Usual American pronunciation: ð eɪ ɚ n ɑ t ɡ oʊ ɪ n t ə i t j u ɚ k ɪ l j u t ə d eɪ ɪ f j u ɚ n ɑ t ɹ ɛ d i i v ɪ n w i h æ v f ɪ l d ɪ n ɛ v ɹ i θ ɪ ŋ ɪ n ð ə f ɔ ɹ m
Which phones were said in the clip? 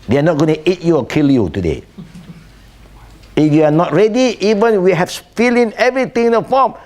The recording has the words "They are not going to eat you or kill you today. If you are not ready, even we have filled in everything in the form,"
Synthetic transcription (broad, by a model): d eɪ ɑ n ɑ t ɡ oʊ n t i t j u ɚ k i l j u t ə d eɪ ɪ f j u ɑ n ɑ t ɹ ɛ d i i v ɪ n w i h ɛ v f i l ɪ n ɛ v ɹ i t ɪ ŋ ɪ n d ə f ɔ m